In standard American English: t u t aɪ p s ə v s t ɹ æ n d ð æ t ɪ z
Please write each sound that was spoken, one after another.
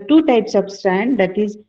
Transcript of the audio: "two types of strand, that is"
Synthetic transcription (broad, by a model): t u t aɪ p s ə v s t æ n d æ t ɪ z